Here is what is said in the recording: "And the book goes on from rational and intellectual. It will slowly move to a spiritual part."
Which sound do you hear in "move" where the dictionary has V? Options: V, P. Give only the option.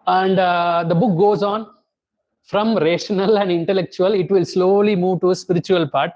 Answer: V